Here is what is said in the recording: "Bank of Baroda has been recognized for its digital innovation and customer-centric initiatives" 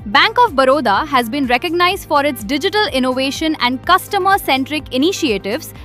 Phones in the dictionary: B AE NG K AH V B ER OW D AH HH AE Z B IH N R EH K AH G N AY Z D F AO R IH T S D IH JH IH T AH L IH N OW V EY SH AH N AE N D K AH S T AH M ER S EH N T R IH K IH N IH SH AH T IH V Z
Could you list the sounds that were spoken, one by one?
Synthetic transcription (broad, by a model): B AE NG K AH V B ER OW D AH HH AE Z B IH N R EH K AH G N AY Z D F AO R IH T S D IH JH IH T AH L IH N OW V EY SH AH N AE N D K AH S T AH M ER S EH N T R IH K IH N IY SH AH T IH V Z